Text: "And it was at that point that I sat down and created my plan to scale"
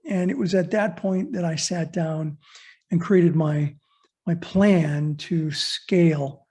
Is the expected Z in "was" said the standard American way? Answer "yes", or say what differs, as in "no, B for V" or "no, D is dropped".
yes